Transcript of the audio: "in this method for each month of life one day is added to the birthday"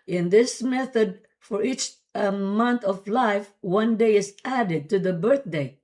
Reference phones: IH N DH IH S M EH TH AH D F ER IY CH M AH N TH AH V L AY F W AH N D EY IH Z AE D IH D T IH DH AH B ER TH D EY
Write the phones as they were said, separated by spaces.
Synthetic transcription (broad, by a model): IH N DH IH S M EH TH AH D F ER IY CH M AH N TH AH V L AY F W AH N D EY IH Z AE D IH D T IH DH AH B ER TH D EY